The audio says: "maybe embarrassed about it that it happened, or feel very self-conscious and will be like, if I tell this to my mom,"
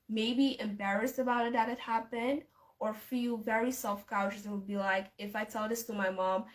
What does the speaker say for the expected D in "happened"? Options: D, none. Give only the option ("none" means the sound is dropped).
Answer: D